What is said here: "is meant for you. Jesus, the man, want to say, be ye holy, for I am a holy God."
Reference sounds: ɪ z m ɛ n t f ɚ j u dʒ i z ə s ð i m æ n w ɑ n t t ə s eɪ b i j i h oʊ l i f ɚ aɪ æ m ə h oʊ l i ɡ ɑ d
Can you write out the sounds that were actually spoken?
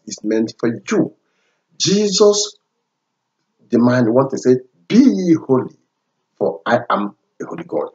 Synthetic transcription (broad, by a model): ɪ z m ɛ n t f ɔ j u dʒ i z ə s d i m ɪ n w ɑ t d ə s eɪ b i i h oʊ l i f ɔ aɪ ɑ m ə h oʊ l i ɡ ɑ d